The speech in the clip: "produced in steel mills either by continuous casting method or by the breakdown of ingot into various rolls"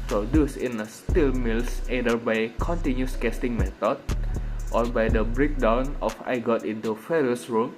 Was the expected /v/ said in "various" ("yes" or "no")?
no